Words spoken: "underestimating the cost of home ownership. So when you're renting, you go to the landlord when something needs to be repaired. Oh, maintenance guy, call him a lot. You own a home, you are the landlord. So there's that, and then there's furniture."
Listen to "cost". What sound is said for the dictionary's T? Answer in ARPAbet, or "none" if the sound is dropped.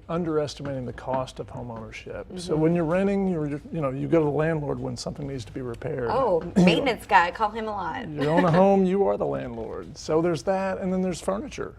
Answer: T